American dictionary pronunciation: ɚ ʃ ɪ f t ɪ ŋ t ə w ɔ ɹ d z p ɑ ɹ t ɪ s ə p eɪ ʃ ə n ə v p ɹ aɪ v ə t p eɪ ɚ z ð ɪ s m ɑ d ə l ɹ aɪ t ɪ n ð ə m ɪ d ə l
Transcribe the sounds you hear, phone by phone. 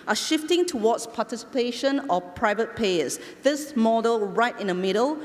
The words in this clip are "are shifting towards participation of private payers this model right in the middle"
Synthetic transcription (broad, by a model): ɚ ʃ ɪ f t ɪ ŋ t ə w ɔ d s p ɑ t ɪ s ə p eɪ ʃ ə n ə p ɹ aɪ v ə t p eɪ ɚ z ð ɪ s m ɑ d ə l ɹ aɪ t ɪ n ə m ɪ d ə l